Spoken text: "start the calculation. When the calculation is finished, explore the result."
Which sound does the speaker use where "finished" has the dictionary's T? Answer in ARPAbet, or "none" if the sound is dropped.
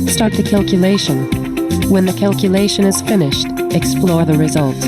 T